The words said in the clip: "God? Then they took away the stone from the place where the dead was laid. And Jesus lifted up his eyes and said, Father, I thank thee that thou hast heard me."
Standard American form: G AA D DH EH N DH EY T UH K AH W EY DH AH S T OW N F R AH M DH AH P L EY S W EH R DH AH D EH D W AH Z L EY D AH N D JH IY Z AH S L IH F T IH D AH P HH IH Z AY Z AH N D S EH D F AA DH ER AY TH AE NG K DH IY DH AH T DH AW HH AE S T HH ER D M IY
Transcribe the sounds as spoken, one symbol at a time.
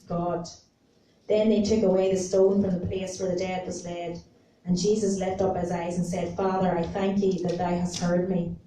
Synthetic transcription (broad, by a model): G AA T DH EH N DH EY T UH K AH W EY DH AH S T OW N F R AH M DH AH P L EY S W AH R DH AH D EH D W AH Z L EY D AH N JH IY Z AH S L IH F T AH P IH Z AY Z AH N S EH D F AA DH ER AY TH AE NG K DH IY DH AH T DH AW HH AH S T HH ER D M IY